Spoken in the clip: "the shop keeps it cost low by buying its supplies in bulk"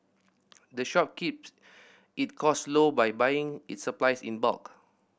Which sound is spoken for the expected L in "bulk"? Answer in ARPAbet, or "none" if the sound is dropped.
none